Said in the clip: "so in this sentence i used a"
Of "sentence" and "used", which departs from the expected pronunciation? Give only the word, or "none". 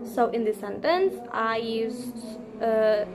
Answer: used